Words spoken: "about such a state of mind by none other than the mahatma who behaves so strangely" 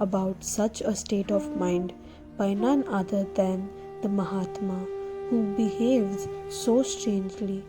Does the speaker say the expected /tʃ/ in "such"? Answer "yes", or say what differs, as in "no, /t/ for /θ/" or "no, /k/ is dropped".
yes